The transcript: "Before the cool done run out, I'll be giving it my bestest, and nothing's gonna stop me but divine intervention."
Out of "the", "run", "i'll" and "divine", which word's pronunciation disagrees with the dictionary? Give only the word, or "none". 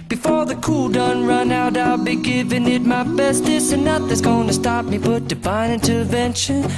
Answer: divine